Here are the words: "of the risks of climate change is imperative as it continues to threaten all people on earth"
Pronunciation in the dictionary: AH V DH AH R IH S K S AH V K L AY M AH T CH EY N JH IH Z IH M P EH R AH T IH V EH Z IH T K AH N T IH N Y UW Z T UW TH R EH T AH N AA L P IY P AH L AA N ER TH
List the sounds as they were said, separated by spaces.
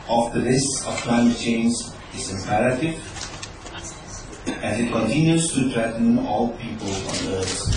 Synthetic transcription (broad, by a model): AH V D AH L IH S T S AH F K L AY M AH T CH EY N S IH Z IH M P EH R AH T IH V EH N IH T K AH N T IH N Y UW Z T UW T R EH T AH N AA L P IY P AH L AA N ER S